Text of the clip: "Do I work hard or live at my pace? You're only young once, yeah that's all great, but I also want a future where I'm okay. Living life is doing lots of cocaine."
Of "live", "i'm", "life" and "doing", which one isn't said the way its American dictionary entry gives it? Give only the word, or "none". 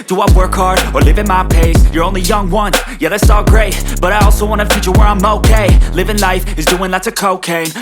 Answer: none